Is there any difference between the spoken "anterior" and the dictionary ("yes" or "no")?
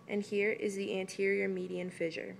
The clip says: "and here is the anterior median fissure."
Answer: no